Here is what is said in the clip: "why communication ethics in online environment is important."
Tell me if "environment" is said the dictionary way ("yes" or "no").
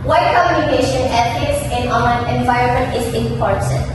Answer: yes